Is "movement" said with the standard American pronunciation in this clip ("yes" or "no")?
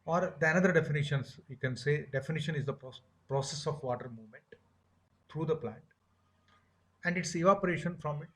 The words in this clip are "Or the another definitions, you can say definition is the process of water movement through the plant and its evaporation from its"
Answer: yes